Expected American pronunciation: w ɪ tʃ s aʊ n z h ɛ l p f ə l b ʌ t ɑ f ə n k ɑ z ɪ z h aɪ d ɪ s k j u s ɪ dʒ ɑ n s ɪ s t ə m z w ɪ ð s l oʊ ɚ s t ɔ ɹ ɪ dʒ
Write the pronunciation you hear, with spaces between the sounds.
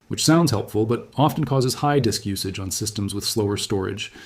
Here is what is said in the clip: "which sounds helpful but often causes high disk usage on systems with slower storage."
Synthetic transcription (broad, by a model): w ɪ tʃ s aʊ n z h ɛ l p f l b ʌ t ɑ f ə n k ɑ z ɪ z h aɪ d ɪ s k j u s ɪ dʒ n s ɪ s t ə m z w ɪ ð s l oʊ ɚ s t ɔ ɹ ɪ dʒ